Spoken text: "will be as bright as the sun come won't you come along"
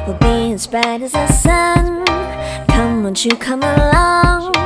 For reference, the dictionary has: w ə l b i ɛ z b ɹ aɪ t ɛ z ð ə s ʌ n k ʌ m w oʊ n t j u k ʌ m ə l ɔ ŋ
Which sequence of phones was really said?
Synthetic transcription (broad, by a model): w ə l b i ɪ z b aɪ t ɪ z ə s ʌ n k ʌ m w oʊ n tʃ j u k ʌ m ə l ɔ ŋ